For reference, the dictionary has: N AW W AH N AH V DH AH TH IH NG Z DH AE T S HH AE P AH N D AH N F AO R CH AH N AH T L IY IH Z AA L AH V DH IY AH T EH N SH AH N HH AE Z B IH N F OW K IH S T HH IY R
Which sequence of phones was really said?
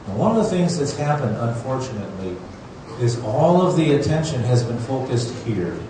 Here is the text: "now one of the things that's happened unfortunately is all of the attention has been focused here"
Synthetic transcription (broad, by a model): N W AH N AH V DH AH TH IH NG Z DH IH T S HH AE P AH N D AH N F AO R CH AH N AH T L IY IH Z AA L AH V DH IY AH T EH N SH AH N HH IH Z B IH N F OW K IH S T HH IY R